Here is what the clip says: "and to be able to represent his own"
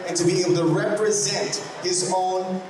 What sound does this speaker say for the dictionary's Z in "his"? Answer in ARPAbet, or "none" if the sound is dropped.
Z